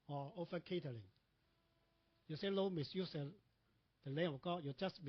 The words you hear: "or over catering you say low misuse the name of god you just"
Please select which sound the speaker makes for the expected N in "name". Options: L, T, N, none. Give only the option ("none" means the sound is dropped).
L